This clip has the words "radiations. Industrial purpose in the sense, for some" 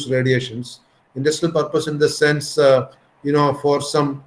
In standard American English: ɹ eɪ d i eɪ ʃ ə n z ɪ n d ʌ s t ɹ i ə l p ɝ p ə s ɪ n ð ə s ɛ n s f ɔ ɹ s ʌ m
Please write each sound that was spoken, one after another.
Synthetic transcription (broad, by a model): ɹ eɪ d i eɪ ʃ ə n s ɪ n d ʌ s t i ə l p ɝ p ə s ɪ n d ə s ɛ n s f ɔ ɹ s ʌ m